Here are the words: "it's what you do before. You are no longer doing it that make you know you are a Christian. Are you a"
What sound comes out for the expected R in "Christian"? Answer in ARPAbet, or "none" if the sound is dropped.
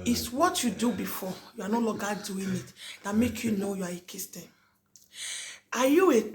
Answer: none